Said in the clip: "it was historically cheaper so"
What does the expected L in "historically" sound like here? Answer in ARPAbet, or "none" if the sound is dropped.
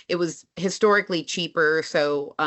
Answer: L